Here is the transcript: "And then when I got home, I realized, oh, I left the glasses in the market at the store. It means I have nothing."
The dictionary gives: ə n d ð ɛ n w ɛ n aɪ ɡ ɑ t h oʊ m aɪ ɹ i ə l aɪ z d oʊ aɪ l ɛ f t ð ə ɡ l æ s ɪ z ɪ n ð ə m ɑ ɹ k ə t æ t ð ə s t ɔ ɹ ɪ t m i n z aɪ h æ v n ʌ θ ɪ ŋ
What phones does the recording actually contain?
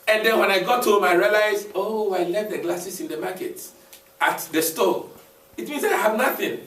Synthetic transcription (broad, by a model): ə n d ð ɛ n w ɛ n aɪ ɡ ɑ t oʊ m aɪ ɹ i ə l aɪ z oʊ aɪ l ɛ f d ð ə ɡ l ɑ s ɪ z ɪ n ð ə m ɑ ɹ k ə t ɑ t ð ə s t ɔ l ɪ t m i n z aɪ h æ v n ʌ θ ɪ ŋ